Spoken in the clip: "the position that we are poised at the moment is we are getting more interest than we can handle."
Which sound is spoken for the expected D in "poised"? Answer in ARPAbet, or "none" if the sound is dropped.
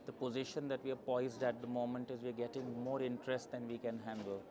D